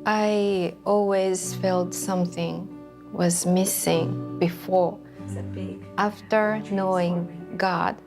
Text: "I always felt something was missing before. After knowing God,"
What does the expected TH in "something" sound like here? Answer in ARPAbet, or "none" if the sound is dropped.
TH